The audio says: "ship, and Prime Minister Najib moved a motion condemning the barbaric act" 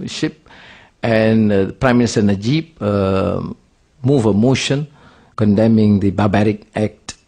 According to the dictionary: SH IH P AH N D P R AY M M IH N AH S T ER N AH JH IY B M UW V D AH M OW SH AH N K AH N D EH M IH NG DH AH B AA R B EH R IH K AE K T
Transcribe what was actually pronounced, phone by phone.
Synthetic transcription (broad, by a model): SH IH P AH N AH P R AY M M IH N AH S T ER N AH JH IY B M UW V AH M OW SH AH N K AH N D EH M IH NG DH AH B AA B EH R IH K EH K T